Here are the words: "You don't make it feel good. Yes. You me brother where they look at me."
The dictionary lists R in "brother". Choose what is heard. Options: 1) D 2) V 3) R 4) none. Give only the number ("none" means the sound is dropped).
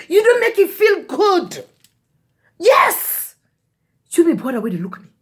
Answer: 4